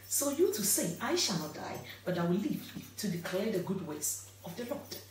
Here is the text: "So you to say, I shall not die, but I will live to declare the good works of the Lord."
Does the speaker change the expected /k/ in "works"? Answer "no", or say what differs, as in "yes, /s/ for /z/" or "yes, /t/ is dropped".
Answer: yes, /k/ is dropped